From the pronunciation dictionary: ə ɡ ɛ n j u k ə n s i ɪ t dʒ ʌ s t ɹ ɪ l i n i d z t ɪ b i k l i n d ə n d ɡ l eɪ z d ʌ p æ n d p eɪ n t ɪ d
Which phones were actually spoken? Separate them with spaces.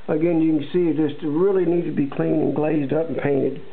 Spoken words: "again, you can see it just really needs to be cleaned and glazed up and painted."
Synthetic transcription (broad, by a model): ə ɡ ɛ n j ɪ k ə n s i ɪ t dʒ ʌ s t ɹ ɪ l i n i d t ɪ b i k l i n ə n ɡ l eɪ z d ʌ p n p eɪ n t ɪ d